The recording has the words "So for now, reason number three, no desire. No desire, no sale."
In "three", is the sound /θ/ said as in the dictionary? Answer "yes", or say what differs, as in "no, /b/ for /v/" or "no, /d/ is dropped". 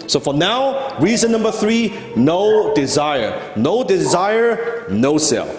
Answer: yes